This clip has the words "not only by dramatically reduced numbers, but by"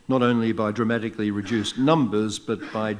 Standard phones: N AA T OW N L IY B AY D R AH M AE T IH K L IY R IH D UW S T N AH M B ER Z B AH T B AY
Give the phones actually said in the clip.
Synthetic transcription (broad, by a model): N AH T OW N L IY B AY D R AH M AE T IH K L IY R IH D UW S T N AH M B ER Z B AH T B AY